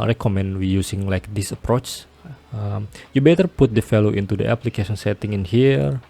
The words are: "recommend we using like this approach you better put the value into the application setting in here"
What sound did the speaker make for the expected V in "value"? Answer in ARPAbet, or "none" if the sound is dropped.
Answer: F